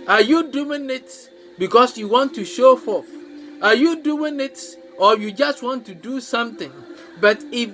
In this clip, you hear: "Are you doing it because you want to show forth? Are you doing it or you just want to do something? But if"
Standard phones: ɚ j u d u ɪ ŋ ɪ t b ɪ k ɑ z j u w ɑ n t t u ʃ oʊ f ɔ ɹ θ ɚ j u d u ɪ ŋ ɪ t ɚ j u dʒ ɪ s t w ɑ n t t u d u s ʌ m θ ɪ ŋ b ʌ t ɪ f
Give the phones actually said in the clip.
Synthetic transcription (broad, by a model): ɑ j u d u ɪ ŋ ɪ t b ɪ k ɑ s j u w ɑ n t t u ʃ oʊ f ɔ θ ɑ j u d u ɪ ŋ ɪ t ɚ j u dʒ ɪ s t w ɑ n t t u d u s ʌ m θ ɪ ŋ b ʌ t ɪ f